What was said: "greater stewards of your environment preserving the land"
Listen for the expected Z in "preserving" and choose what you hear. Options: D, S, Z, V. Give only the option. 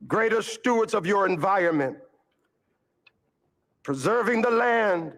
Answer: Z